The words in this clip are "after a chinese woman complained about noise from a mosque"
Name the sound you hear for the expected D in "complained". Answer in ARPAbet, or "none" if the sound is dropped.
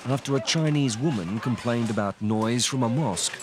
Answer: D